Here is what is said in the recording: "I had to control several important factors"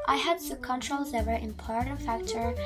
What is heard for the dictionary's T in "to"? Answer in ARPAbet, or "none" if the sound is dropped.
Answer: S